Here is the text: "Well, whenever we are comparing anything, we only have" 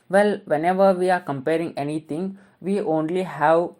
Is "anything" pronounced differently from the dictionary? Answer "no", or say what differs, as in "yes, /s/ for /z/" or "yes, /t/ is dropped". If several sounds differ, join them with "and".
yes, /t/ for /θ/